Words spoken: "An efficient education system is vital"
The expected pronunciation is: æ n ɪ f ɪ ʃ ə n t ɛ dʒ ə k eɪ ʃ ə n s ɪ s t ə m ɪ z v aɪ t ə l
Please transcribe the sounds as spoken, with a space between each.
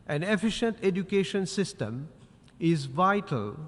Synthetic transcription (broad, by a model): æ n ɪ f ɪ ʃ ə n t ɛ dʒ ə k eɪ ʃ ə n s ɪ s t ə m ɪ z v aɪ t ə l